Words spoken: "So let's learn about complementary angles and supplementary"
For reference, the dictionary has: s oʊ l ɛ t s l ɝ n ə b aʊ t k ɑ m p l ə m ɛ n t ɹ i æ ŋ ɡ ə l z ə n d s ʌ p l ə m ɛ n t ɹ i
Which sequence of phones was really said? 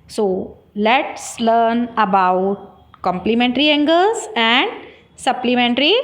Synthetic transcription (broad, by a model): s oʊ l ɛ t s l ɝ n ə b aʊ t k ɑ m p l ə m ɛ n t ɹ i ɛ ŋ ɡ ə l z ə n d s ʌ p l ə m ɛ n t ɹ i